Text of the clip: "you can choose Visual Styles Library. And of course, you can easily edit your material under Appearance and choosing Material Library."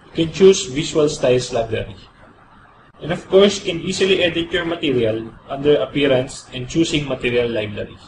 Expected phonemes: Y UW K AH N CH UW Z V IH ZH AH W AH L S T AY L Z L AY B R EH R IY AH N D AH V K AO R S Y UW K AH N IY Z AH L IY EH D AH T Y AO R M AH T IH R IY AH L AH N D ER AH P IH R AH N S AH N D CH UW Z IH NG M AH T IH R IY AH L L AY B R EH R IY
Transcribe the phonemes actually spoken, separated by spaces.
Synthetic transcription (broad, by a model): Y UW K AH N CH UW S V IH S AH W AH L S T AY L S L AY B R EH R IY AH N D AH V K AO R S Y K AH N IY S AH L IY EH D AH T Y AO R M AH T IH R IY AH L AH N D ER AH P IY R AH N S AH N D CH UW S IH NG M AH T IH R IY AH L L AY B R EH R IY